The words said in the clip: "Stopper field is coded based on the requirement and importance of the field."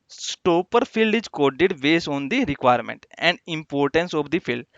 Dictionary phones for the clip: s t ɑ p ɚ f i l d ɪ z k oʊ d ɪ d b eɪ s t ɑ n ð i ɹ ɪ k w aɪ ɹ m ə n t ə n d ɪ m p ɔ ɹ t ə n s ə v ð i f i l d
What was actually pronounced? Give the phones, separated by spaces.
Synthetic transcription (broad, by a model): s t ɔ p ɚ p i l d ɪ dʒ k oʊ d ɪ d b eɪ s ɑ n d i ɹ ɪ k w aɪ ɹ m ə n t ə n d ɪ m p ɔ ɹ t ə n s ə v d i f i l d